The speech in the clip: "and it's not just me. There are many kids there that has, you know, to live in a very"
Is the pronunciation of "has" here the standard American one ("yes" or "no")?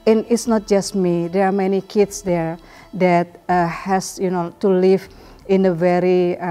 no